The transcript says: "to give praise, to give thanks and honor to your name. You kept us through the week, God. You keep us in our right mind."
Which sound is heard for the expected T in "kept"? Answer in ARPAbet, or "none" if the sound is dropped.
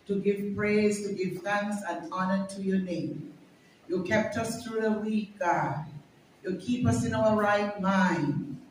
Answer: T